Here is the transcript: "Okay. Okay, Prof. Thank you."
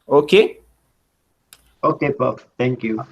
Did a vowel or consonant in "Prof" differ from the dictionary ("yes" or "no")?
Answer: yes